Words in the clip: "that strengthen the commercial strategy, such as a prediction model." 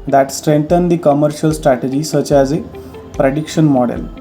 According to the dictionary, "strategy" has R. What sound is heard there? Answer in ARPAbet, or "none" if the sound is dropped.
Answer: R